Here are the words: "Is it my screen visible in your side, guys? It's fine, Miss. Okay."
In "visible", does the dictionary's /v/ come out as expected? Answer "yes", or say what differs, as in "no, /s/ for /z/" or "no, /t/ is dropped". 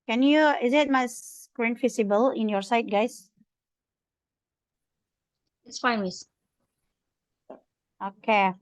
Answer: no, /f/ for /v/